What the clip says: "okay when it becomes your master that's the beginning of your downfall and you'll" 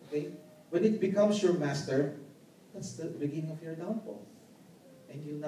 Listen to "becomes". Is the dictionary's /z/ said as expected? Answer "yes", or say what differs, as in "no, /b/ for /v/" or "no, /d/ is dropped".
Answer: no, /s/ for /z/